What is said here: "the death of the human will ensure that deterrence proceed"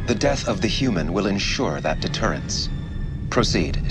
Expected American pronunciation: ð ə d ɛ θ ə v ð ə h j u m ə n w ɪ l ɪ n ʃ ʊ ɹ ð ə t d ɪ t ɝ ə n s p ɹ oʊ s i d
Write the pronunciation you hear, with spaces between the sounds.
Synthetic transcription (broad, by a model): ð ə d ɛ θ ə v ð ə h j u m ə n w ɪ l ɪ n ʃ ʊ ɹ ð ə t d ɪ t ɝ ə n s p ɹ oʊ s i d